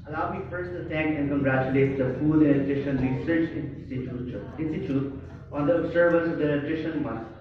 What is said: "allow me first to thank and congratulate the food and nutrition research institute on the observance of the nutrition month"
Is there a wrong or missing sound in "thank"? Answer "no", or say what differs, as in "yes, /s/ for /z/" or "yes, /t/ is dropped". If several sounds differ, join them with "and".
yes, /t/ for /θ/